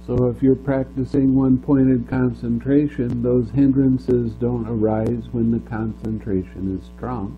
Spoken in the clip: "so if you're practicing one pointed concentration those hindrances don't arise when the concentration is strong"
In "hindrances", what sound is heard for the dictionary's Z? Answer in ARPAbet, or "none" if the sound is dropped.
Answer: Z